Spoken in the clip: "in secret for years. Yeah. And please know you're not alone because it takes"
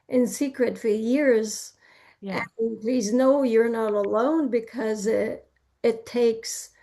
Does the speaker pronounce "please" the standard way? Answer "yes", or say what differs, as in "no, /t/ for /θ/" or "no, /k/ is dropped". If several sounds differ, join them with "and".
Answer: yes